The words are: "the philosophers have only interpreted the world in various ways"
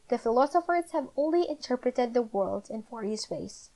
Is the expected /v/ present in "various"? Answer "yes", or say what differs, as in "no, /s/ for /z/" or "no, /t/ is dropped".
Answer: no, /f/ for /v/